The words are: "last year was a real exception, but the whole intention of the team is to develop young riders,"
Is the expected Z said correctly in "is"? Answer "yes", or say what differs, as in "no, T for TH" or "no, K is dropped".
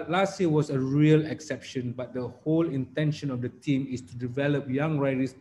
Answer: no, S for Z